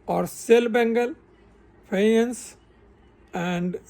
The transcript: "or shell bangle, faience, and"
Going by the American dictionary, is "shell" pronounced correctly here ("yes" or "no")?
no